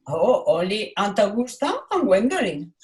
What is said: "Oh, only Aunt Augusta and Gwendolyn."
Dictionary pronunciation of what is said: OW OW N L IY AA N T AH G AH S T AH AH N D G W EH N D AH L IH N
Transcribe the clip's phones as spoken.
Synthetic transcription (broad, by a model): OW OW L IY AA N T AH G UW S T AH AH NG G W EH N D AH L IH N